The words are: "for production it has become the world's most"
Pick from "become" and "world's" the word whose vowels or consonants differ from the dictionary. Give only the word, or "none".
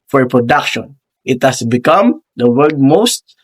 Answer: world's